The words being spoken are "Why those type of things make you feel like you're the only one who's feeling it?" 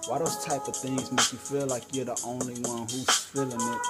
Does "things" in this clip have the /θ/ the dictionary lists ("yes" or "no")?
yes